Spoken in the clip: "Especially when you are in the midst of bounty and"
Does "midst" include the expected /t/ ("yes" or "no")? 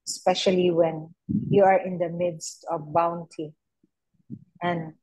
yes